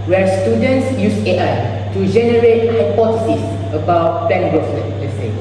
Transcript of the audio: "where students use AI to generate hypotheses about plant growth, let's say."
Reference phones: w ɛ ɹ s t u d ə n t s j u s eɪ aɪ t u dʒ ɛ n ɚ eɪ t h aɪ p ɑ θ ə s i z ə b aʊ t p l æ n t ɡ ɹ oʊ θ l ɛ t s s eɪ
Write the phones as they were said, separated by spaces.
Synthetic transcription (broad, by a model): w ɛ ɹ s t u d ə n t s j u s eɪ aɪ t u dʒ ɛ n ɚ eɪ t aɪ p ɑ t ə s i s ə b aʊ t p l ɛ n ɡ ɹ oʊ s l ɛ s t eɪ